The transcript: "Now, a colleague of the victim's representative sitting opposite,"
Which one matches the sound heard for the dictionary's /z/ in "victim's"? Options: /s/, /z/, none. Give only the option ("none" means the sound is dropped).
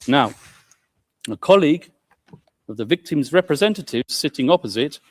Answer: /z/